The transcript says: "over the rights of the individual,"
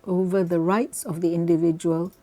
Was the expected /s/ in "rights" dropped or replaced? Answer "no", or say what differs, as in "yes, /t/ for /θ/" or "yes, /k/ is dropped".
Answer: no